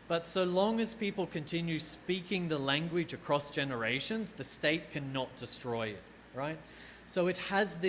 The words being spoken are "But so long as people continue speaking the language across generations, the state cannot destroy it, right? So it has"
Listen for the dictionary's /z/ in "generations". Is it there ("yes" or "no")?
yes